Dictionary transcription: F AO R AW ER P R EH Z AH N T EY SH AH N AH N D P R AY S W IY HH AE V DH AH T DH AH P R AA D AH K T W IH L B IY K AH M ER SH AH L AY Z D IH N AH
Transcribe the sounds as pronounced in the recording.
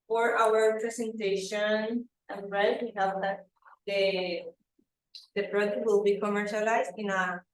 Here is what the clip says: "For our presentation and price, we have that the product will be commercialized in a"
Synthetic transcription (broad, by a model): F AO R AW ER P R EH S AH N T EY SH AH N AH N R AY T W IY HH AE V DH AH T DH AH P R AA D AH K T W IH L B IY K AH M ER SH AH L AY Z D IH N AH